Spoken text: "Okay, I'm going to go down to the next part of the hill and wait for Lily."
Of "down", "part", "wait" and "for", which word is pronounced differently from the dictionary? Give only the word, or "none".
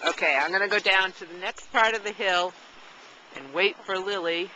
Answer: none